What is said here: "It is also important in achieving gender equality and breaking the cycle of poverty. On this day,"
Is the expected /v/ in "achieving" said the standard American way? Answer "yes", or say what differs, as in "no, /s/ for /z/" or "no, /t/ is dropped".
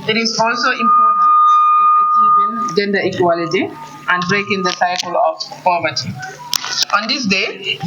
no, /v/ is dropped